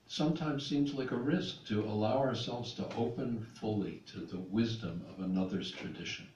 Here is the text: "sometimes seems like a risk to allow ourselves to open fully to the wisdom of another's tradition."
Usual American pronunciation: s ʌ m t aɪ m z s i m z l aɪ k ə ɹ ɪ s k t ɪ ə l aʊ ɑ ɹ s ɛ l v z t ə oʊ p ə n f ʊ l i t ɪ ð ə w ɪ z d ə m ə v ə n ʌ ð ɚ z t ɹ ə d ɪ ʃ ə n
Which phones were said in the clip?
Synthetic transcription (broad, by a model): s ʌ m t aɪ m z s i m z l aɪ k ə ɹ ɪ s k t ɪ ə l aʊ ɑ ɹ s ɛ l v z t ə oʊ p ə n f ʊ l i t ɪ ð ə w ɪ z d ə m ə v ə n ʌ ð ɚ z t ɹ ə d ɪ ʃ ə n